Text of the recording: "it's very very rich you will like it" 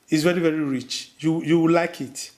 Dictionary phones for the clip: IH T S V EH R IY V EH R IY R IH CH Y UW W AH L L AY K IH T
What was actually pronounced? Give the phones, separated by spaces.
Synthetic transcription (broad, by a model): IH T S V EH R IY V EH R IY R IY CH Y UW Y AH W L AY K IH T